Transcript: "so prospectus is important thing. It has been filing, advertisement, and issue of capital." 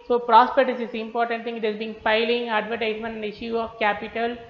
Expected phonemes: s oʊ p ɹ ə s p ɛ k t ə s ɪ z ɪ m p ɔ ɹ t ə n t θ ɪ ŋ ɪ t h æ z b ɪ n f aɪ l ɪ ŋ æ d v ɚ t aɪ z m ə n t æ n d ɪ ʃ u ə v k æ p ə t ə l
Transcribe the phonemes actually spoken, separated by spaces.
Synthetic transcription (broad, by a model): s oʊ p ɹ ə s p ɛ t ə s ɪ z ɪ m p ɔ ɹ t ə n t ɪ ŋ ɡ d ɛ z b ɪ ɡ f aɪ l ɪ ŋ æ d v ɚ t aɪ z m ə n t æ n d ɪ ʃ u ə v k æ p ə t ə l